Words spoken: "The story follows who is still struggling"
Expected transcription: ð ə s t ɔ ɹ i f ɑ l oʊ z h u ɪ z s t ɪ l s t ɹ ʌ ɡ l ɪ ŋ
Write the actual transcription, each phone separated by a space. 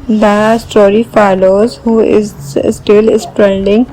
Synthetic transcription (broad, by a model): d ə s t ɔ ɹ i f ɑ l oʊ z h u ɪ z s t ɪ l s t ɹ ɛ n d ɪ ŋ